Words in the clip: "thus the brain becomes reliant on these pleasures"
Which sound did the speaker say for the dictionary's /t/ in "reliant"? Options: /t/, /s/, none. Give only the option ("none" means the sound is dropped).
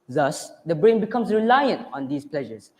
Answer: /t/